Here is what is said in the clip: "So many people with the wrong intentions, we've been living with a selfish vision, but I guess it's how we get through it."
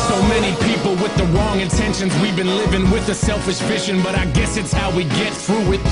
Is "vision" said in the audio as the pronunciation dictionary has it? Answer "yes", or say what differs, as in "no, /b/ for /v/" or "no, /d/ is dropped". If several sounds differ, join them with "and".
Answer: no, /ʃ/ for /ʒ/